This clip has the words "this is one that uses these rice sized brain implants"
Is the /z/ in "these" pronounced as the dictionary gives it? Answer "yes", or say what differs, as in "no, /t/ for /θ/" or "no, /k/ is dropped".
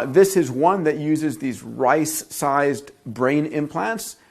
yes